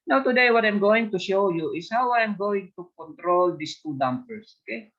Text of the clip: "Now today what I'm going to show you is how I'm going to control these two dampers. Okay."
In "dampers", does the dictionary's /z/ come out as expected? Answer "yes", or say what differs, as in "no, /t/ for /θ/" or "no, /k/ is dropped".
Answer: no, /s/ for /z/